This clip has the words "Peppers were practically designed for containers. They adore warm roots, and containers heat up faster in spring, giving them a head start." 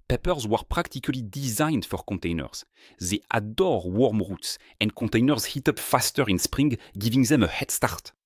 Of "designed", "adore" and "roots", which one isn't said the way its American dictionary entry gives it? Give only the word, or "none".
none